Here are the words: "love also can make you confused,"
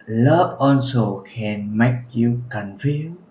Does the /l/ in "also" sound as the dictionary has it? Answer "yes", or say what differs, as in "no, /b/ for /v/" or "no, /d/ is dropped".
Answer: no, /n/ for /l/